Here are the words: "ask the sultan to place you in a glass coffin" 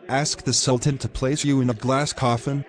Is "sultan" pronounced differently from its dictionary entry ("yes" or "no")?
no